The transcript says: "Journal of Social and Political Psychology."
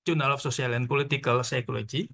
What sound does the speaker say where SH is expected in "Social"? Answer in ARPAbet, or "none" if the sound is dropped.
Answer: S